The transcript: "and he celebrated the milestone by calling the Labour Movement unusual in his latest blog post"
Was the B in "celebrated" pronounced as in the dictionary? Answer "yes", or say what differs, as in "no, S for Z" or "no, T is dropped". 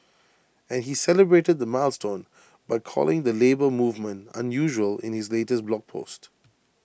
yes